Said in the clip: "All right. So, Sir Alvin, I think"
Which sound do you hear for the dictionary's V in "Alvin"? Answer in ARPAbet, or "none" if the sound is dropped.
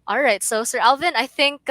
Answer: V